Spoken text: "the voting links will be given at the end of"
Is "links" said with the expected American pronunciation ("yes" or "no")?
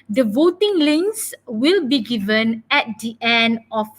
no